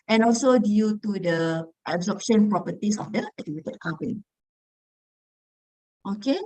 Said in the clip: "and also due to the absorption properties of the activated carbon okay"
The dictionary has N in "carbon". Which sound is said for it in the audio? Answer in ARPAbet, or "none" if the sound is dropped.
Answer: none